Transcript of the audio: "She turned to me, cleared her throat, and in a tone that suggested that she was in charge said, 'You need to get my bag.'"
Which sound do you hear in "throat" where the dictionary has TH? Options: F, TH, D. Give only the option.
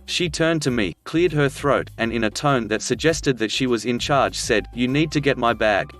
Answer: TH